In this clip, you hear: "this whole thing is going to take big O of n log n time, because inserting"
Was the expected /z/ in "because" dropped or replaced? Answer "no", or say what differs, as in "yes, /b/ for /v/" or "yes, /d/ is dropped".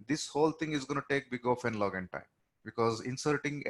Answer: no